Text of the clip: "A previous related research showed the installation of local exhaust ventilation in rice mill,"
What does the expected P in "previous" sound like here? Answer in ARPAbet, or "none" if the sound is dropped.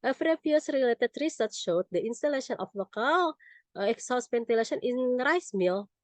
F